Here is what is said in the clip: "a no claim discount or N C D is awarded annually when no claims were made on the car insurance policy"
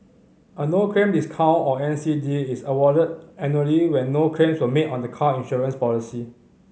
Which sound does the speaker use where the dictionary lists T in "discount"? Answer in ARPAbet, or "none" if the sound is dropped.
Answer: none